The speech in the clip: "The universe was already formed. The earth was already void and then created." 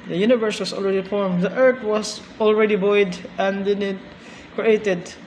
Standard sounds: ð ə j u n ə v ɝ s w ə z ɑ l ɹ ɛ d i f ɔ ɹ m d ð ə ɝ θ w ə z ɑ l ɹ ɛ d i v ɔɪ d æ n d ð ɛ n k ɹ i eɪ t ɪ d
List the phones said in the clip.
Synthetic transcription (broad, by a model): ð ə j u n ə v ɝ s w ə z ɑ l ɹ ɛ d i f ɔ ɹ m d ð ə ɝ t w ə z ɑ l ɹ ɛ d i b ɔɪ d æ n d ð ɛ n k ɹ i eɪ t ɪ d